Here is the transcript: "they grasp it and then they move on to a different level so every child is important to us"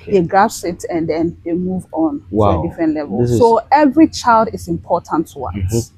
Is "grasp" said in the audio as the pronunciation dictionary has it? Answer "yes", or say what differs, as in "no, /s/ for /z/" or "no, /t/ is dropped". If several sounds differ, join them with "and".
no, /ɹ/ is dropped and /p/ is dropped